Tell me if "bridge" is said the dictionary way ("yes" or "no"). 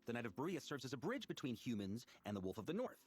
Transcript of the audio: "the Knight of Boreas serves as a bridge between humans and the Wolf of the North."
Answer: yes